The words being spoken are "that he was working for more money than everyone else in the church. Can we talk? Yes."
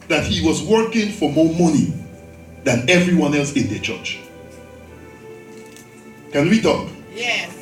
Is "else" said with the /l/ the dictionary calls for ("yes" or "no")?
yes